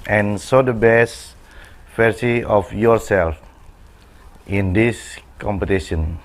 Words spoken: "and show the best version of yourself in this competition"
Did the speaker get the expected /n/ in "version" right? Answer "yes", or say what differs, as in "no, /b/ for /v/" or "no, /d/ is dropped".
no, /n/ is dropped